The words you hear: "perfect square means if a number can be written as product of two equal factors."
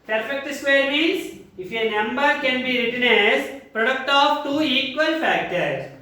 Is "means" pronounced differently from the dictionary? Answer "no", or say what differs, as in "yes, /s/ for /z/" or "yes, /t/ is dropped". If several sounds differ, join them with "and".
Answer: yes, /n/ is dropped